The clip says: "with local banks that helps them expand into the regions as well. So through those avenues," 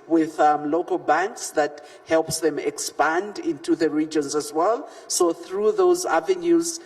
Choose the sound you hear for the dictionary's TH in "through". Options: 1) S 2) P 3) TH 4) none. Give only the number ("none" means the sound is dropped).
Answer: 3